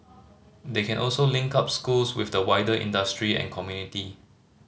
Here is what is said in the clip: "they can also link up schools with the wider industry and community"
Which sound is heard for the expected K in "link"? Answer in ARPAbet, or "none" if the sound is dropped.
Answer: K